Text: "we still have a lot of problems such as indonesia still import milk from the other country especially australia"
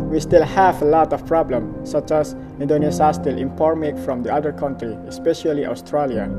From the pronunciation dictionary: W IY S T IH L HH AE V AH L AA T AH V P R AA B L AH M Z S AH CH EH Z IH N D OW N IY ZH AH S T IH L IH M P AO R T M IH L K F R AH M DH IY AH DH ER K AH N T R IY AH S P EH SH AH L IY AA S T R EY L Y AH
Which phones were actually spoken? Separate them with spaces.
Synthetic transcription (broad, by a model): W IY S T IH L HH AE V AH L AA T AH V P R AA B L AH M S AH CH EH S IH N D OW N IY S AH S T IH L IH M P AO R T M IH K F R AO M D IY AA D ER K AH N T R IY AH S P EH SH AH L IY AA S T R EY L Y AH